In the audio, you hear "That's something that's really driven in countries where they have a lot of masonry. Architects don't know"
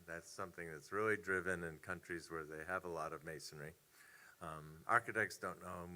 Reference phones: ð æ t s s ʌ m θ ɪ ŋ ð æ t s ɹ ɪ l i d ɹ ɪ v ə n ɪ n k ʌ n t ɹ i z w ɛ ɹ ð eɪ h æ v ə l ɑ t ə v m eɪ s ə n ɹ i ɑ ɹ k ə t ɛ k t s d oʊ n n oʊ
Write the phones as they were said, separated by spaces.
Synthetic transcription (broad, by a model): ð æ t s s ʌ m θ ɪ ŋ ð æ t s ɹ ɪ l i d ɹ ɪ v ə n ɪ n k ʌ n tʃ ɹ i z w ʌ ɹ ð eɪ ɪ v ə l ɑ t ə v m eɪ s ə n ɹ i ɑ ɹ k ə t ɛ k t s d oʊ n n oʊ